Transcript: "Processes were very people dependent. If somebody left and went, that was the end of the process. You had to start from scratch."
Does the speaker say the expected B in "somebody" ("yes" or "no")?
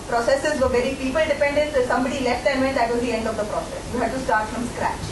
yes